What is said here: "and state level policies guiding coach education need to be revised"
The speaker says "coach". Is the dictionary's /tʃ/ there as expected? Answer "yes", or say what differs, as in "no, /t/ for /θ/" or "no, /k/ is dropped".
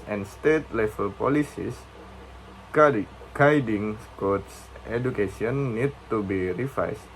no, /s/ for /tʃ/